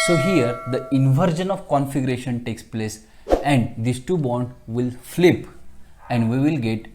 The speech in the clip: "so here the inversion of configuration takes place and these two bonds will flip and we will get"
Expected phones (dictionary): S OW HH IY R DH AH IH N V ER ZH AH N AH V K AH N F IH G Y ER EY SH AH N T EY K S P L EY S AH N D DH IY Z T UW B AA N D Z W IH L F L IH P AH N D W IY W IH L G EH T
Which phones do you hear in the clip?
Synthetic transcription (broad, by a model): S OW HH IY R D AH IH N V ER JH AH N AH V K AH N F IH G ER EY SH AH N T EY K S P L EY S AH N D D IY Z T UW B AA D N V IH L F L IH P AH N D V IY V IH L G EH T